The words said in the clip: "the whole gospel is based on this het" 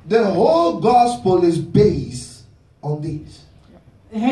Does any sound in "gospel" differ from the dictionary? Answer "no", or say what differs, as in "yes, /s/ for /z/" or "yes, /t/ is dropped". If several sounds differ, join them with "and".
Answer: no